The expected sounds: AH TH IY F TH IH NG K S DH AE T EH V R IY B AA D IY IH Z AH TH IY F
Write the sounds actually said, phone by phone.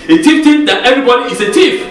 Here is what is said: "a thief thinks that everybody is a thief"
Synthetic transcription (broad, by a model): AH T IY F T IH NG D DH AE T EH V R IY B AA D IY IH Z AH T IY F